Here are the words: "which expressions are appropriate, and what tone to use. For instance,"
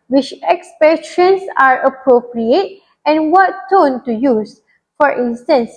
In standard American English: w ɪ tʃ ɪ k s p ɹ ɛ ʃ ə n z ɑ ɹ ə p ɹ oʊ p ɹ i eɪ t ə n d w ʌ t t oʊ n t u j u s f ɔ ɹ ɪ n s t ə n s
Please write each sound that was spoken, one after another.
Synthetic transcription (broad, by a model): w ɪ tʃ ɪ k s p ɛ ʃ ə n s ɑ ɹ ə p ɹ oʊ p ɹ i eɪ t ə n w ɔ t t oʊ n t u j u s f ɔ ɹ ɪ n s t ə n s